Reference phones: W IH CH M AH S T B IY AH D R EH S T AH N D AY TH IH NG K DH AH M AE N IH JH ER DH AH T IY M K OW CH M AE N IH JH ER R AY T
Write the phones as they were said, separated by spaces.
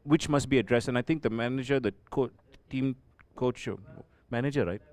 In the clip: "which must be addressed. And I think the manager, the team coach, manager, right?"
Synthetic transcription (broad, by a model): W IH CH M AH S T B IY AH D R EH S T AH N AY T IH NG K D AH M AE N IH JH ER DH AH T IY M K OW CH M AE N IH JH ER R AY T